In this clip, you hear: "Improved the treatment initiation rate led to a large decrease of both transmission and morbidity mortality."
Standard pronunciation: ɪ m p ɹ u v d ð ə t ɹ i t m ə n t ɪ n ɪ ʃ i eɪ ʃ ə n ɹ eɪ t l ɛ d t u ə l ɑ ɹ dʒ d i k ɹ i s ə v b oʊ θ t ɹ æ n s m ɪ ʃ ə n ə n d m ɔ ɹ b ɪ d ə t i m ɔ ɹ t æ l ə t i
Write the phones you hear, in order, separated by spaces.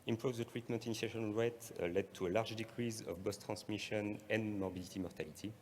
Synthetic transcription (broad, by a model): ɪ m p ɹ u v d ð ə t ɹ i t m ə n t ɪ n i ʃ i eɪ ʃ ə n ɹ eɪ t l ɛ d t u ə l ɑ ɹ dʒ d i k ɹ i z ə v b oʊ s t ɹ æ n s m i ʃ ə n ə n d m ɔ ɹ b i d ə t i m ɔ ɹ t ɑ l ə t i